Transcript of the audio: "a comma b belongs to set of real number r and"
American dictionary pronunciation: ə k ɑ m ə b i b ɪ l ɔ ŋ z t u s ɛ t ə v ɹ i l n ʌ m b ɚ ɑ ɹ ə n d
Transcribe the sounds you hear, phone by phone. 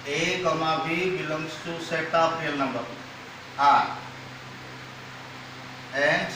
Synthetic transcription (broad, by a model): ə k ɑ m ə b i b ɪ l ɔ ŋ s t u s ɛ t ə p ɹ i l n ʌ m b ɚ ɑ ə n